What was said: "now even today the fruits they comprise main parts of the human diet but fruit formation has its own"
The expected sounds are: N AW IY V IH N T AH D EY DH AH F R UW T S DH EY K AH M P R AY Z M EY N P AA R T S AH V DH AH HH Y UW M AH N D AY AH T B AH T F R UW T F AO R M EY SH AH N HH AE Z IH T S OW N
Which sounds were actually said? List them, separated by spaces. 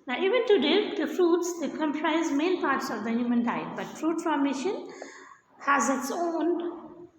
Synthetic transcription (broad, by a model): N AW IY V IH N T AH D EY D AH F R UW T S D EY K AH M P R AY Z M EY N P AA R T S AH V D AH HH Y UW M AH N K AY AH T B AH T F R UW T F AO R M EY SH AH N HH AE Z IH T S OW N